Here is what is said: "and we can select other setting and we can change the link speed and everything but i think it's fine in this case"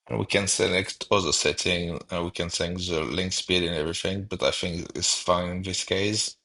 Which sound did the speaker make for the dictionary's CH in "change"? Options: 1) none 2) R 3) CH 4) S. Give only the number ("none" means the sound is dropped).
4